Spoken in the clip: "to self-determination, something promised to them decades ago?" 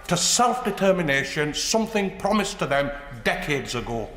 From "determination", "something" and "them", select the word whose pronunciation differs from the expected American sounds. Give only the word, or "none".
none